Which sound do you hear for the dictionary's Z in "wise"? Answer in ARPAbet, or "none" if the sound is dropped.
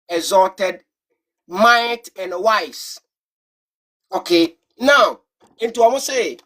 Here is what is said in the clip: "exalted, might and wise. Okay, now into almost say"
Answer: S